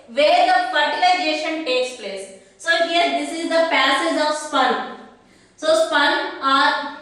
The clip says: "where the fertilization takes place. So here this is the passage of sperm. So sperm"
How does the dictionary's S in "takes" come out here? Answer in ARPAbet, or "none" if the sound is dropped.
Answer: S